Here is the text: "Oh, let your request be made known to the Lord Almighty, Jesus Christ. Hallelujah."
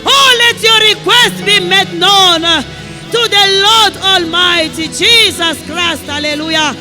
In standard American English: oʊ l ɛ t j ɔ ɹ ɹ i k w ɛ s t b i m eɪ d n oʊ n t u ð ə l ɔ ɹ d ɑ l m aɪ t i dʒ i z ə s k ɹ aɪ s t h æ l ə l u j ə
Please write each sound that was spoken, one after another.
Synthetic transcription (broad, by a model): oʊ l ɛ t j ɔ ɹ ɹ i k w ɛ s t b i m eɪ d n oʊ n t u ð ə l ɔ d ɑ l m aɪ t i dʒ i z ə s k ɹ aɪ s t h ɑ l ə l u j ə